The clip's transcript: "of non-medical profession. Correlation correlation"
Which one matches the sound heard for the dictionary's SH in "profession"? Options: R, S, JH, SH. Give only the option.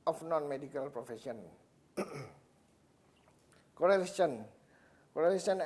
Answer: S